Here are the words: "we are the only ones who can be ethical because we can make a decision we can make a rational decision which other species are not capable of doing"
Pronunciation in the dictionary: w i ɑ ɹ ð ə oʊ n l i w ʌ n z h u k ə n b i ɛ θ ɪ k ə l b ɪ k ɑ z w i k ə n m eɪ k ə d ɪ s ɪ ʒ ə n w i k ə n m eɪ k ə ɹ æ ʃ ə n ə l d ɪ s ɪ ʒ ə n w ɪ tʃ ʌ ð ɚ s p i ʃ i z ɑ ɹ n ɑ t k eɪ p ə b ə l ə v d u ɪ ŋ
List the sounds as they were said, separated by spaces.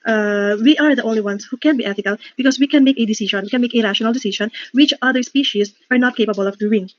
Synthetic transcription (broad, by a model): w i ɑ ɹ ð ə oʊ n l i w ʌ n s h u k ə n b i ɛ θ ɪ k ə l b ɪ k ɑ s w i k ə n m eɪ k ə d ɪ s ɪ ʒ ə n w i k ə n m eɪ k ə ɹ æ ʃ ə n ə l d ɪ s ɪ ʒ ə n w ɪ tʃ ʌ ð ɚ s p i ʃ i s ɑ ɹ n ɑ t k eɪ p ə b ə l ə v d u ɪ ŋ